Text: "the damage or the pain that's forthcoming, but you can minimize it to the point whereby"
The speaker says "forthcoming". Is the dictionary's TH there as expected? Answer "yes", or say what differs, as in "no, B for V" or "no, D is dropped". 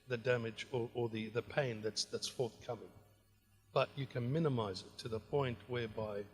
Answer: yes